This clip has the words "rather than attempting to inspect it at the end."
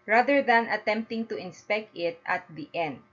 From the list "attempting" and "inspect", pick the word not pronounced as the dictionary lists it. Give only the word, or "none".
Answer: none